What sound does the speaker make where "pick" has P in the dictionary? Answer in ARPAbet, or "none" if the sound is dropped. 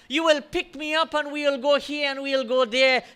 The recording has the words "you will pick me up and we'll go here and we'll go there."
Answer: P